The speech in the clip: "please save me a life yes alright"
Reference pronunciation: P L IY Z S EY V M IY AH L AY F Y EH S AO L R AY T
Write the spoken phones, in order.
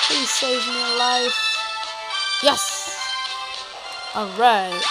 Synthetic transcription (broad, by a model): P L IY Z S EY V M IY AH L AY F Y EH S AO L R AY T